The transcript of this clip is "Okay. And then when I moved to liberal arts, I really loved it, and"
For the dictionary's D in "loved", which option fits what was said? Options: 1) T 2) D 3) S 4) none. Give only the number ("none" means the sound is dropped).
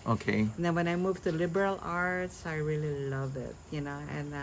4